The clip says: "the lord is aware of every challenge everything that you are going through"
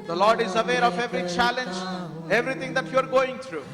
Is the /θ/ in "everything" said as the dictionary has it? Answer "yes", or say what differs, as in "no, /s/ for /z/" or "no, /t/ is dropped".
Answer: no, /t/ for /θ/